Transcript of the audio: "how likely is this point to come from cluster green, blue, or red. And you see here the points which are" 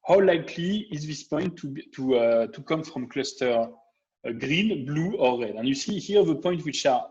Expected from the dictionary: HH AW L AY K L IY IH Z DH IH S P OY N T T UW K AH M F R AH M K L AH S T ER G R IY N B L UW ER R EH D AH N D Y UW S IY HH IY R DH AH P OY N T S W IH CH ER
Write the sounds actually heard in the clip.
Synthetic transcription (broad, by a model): HH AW L AY K L IY IH Z DH IH S P OY N T T UW K AH M F R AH M K L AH S T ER G R IY N B L UW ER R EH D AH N Y UW S IY HH IY R DH AH P OY N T W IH CH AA